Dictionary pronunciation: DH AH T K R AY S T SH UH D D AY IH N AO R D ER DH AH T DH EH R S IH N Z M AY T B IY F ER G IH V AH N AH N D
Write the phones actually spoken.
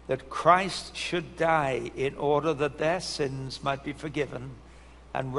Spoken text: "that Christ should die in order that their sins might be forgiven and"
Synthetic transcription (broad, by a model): DH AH T K R AY S T SH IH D D AY IH N AO R D ER DH AH T DH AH R S IH N Z M AY T B IY F ER G IH V AH N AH N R